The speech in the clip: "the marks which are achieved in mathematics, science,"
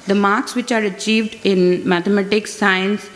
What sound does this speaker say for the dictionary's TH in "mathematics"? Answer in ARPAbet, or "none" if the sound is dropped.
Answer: T